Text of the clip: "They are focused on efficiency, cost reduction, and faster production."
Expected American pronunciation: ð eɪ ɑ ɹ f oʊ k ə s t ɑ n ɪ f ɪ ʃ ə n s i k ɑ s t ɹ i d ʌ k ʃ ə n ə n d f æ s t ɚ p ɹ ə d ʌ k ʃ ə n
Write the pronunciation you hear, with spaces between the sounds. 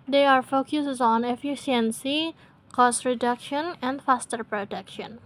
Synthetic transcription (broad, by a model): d eɪ ɑ ɹ f oʊ k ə s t ɑ n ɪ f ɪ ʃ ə n s i k ɑ s t ɹ i d ʌ k ʃ ə n ə n d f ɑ s t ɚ p ɹ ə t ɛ k ʃ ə n